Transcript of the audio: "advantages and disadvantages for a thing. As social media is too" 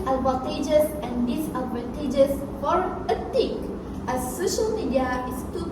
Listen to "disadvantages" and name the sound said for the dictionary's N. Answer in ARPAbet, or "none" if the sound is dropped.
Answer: none